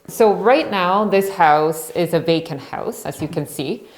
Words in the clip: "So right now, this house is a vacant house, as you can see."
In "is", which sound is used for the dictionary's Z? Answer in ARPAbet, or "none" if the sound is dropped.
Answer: Z